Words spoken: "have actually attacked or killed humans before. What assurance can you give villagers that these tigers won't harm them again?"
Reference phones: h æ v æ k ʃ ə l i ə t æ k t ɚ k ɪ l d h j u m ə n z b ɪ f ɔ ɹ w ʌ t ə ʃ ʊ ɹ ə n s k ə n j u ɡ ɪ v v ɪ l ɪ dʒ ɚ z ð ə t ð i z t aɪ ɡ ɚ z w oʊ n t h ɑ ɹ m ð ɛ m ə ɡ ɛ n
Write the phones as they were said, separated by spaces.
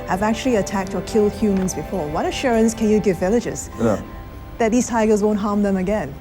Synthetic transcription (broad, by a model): h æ v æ k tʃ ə l i ə t æ k t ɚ k ɪ l d h j u m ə n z b ɪ f ɔ ɹ w ʌ t ə ʃ ʊ ɹ ə n s k ə n j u ɡ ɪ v v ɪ l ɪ dʒ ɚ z ð ə t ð i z t aɪ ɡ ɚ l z oʊ n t h ɑ ɹ m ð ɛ m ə ɡ ɛ n